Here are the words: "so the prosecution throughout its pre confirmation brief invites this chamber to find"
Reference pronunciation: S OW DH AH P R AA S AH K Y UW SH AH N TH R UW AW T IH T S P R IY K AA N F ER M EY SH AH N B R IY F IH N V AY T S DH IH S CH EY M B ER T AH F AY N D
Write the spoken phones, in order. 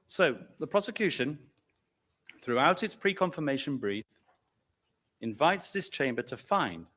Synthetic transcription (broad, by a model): S OW DH AH P R AA S AH K Y UW SH AH N TH R UW AW T IH T S P R IY K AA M F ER M EY SH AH N B R IY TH IH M V AY T S DH IH S CH EY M B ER T AH F AY N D